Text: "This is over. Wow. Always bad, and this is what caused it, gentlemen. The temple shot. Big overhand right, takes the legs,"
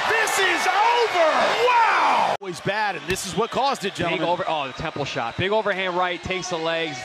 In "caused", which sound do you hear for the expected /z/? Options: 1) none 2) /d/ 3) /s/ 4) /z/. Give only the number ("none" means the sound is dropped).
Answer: 4